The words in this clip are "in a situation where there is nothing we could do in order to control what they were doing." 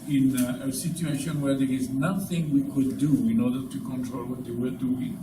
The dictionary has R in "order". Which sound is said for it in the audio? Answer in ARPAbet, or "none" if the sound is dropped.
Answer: R